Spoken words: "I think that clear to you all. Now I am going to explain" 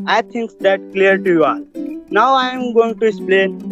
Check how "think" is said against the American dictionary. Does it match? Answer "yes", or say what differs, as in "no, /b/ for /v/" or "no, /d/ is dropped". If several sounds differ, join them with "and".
no, /t/ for /θ/